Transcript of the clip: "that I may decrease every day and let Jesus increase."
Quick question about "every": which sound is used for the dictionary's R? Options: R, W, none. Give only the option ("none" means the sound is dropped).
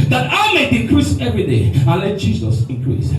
R